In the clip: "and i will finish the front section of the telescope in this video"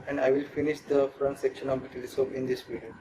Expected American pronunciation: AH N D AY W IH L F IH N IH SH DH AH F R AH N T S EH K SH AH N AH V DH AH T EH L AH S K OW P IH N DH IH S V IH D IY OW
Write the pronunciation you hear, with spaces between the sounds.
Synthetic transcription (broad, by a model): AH N D AY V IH L F IH N IH SH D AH F R AH N T S EH K SH AH N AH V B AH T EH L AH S OW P IH N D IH S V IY D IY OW